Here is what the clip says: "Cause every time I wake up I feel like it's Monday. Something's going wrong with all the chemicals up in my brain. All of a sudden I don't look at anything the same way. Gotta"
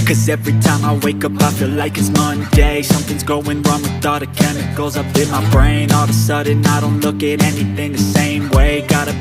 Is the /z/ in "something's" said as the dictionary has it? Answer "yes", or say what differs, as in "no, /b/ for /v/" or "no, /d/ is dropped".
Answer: yes